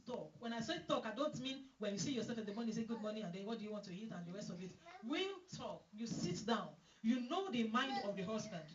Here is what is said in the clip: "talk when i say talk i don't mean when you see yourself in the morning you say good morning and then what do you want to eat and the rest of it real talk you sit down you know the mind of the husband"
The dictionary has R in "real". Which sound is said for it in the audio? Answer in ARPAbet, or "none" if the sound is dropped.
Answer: W